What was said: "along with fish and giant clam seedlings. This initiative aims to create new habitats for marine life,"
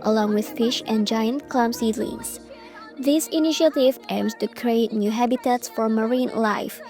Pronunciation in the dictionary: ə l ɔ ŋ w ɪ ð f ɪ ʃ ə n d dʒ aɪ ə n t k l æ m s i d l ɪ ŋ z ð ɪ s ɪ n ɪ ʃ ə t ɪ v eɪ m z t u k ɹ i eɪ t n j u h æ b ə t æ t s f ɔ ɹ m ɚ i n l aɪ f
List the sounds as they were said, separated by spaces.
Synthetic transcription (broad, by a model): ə l ɔ ŋ w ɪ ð f ɪ ʃ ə n dʒ aɪ ə n t k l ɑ m s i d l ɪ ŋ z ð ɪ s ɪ n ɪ ʃ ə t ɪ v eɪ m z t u k ɹ i eɪ t n j u h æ b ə t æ t s f ɔ ɹ m ɚ i n l aɪ f